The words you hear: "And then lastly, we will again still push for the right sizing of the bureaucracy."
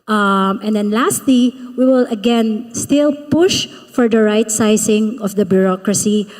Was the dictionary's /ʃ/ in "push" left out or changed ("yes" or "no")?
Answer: no